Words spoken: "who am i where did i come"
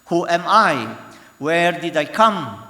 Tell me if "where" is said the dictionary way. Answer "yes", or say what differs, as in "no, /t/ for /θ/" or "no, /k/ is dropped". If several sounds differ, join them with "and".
yes